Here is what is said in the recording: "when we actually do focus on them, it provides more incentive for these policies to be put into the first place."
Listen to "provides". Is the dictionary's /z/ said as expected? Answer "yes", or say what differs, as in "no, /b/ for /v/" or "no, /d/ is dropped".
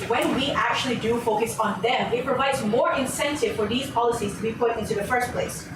yes